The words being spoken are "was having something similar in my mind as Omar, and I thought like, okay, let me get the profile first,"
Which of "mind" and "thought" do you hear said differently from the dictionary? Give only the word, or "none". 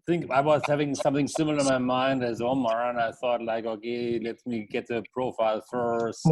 none